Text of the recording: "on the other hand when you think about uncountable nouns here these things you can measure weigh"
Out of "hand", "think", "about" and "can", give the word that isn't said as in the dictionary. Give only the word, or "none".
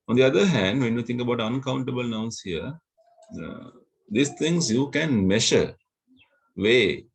think